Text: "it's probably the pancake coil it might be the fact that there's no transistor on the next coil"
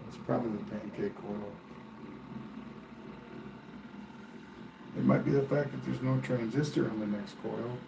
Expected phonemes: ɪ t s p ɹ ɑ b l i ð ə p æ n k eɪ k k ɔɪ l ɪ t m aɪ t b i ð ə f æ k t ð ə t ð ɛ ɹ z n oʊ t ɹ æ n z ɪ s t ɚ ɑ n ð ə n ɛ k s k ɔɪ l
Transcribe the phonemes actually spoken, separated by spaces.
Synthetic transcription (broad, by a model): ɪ t s p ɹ ɑ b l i ð ə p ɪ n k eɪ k k ɔɪ l ɪ t m aɪ t b i ð ə f æ k ð ə t ð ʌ ɹ z n oʊ t ɹ æ n z ɪ s t ɚ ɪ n ð ə n ɛ k s k ɔɪ l